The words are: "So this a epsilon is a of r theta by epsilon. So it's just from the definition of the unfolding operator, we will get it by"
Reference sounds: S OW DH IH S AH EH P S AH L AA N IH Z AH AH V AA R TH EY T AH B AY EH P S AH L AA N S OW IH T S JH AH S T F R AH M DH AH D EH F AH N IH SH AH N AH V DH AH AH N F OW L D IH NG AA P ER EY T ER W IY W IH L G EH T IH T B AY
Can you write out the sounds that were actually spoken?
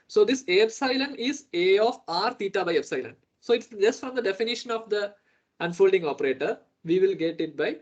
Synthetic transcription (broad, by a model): S OW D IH S AH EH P S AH L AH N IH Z AH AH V AA R T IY T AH B AY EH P S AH L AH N S OW IH T S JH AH S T F R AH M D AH D EH F AH N IH SH AH N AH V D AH AH N F OW L D IH NG AA P ER EY T ER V IY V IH L G EH T IH T B AY